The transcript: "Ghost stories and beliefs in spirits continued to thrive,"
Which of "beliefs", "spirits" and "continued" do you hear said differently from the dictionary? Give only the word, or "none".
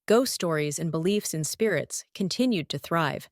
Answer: none